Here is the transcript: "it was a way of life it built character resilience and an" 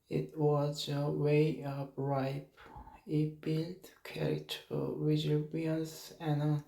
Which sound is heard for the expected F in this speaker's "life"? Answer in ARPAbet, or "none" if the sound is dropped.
P